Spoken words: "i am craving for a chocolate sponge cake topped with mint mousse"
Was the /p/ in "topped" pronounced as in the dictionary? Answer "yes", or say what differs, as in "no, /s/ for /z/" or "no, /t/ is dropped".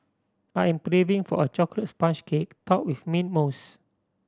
no, /p/ is dropped